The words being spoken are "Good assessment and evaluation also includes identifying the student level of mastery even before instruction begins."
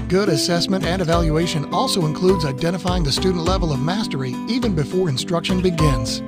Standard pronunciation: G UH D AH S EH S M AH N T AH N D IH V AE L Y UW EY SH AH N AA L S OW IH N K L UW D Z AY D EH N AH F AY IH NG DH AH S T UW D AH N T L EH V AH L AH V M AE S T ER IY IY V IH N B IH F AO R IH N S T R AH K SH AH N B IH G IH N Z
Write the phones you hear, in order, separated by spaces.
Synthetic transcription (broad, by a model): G UH D AH S EH S M AH N T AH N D IH V AE L Y UW EY SH AH N AA L S OW IH N K L UW D Z AY D EH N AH F AY IH NG DH AH S T UW D N T L EH V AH L AH V M AE S T ER IY IY V IH N B IH F AO R IH N S T R AH K SH AH N B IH G IH N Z